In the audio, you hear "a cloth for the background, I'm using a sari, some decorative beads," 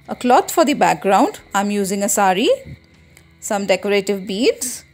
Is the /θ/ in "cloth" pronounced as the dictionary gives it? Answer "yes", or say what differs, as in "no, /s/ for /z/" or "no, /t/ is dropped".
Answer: no, /t/ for /θ/